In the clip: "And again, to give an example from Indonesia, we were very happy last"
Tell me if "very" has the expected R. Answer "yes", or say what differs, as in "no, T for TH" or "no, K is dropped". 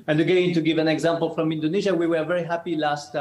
yes